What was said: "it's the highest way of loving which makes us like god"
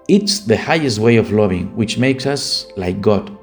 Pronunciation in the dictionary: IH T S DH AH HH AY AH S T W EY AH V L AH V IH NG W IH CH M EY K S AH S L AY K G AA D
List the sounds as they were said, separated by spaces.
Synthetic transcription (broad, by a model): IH T S DH AH HH AY AH S T W EY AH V L AH V IH NG W IH CH M EY K S AH S L AY K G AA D